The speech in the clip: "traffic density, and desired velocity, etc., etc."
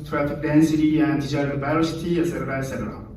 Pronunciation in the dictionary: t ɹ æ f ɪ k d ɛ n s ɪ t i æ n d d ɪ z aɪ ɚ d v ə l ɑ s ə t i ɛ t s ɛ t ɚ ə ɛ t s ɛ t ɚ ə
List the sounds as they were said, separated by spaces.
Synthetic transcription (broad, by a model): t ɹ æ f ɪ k d ɛ n s ɪ t i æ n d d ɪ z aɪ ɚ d b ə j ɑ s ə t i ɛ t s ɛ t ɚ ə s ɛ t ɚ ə